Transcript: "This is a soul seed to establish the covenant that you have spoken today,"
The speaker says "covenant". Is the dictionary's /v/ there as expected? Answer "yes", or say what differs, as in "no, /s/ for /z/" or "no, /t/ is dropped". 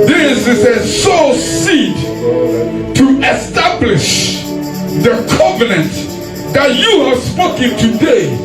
yes